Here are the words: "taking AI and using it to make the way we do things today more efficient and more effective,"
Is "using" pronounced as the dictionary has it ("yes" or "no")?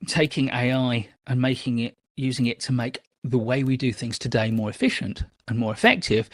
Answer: yes